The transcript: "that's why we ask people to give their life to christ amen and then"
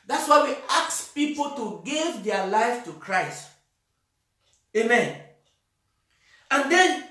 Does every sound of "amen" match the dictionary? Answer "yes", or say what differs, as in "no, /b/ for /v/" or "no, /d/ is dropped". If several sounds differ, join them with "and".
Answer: yes